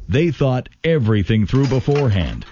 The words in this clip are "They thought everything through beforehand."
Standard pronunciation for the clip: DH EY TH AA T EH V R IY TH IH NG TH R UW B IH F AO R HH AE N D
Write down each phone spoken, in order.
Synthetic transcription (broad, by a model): DH EY TH AA T EH V R IY TH IH NG TH R UW B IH F AO R HH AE N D